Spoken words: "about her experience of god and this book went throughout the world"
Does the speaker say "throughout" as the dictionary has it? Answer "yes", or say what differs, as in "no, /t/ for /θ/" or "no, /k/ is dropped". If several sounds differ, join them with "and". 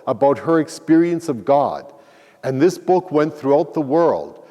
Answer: yes